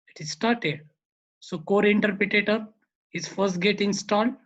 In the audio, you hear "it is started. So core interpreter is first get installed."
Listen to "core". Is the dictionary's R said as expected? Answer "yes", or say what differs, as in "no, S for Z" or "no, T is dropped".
yes